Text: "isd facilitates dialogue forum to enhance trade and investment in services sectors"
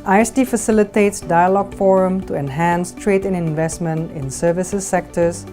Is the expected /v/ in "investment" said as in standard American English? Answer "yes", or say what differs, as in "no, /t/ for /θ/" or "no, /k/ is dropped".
yes